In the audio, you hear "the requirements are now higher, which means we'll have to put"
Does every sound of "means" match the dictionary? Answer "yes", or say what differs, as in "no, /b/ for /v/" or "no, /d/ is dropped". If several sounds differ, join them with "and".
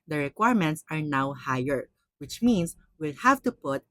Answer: no, /s/ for /z/